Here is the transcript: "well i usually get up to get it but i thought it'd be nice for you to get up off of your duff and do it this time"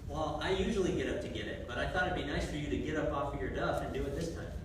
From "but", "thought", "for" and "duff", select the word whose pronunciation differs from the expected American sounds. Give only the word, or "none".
none